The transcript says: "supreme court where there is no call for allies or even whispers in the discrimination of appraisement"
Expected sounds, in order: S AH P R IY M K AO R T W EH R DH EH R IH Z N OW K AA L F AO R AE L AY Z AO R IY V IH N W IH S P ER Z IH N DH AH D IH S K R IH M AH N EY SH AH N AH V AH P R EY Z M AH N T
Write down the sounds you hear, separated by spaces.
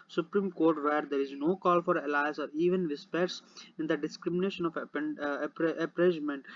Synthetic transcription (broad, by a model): S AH P R IY M K AO R T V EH R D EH R IH Z N OW K AA L F AO R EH L AY S AO R IY V IH N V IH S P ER S IH N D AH D IH S K R IH M AH N EY SH AH N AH P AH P R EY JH M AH N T